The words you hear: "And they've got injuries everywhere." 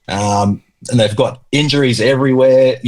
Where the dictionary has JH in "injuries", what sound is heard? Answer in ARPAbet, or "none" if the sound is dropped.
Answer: JH